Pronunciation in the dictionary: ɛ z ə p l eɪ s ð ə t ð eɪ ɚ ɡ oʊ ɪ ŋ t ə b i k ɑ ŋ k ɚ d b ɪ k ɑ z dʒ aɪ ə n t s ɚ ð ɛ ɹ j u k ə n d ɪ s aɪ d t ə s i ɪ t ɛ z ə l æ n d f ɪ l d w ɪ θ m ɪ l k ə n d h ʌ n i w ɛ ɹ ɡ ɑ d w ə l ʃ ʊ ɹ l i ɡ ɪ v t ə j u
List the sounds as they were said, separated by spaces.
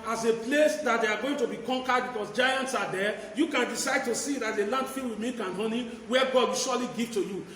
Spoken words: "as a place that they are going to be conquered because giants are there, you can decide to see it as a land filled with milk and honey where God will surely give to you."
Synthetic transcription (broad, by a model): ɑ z ə p l eɪ s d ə t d eɪ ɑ ɡ oʊ ɪ ŋ t ə b i k ɑ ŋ k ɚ d b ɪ k ɑ s dʒ aɪ ə n t s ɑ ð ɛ j u k ə n d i s aɪ d t ə s i ɪ t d ə l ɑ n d f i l w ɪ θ m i k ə n h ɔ n i w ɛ ɡ ɑ d w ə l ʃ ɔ l i ɡ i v t ə j u